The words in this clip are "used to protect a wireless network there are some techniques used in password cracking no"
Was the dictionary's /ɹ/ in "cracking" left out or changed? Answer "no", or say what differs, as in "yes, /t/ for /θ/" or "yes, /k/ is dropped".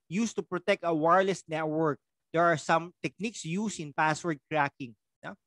no